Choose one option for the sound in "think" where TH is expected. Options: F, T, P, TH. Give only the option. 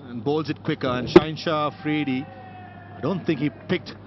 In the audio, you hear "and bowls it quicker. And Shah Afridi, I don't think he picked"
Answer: T